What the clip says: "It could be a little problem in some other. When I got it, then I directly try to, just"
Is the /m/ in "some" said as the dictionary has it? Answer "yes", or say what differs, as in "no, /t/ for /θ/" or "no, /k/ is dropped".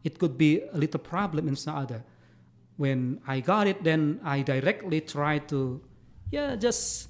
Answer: no, /m/ is dropped